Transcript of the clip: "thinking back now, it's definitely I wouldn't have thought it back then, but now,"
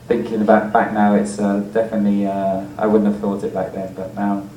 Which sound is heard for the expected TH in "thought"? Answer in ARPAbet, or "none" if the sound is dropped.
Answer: TH